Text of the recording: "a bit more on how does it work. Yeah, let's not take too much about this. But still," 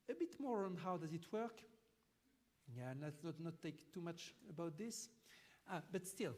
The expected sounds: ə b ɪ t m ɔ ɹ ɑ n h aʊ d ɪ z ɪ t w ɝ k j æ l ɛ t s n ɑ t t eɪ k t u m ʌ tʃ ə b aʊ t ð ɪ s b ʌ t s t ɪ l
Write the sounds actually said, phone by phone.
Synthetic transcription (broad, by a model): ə b ɪ t m ɔ ɹ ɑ n h aʊ d ɪ z ɪ t w ɝ k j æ n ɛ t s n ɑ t t eɪ k t u m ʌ tʃ ə b aʊ t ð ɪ s b ʌ t s t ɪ l